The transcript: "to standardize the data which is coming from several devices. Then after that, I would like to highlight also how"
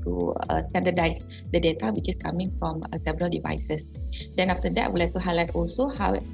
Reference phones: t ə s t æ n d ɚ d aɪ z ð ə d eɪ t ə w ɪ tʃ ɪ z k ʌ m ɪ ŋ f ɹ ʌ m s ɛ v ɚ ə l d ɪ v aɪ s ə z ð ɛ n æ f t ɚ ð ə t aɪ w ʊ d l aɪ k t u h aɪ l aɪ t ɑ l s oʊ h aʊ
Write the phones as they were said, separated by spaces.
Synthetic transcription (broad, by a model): t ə s t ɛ n d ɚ d aɪ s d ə d eɪ t ə w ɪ tʃ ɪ s k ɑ m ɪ ŋ f ɹ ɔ m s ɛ b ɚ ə l d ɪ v aɪ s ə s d ɛ n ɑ f t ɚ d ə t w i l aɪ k t u h aɪ l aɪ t ɑ l s oʊ h aʊ